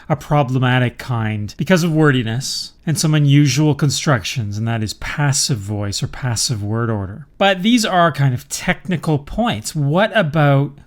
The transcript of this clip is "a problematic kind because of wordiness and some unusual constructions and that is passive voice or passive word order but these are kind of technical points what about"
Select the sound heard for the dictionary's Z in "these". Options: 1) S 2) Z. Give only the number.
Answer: 2